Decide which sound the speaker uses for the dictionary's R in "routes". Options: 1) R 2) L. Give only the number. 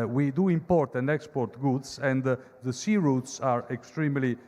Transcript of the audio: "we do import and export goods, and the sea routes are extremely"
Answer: 1